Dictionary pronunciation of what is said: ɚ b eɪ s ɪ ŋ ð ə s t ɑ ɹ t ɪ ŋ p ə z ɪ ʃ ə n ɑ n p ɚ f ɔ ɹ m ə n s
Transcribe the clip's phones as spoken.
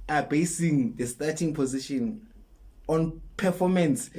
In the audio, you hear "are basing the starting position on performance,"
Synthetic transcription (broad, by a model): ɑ b eɪ s ɪ ŋ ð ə s t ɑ t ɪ ŋ p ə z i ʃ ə n ɑ n p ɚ f ɔ m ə n s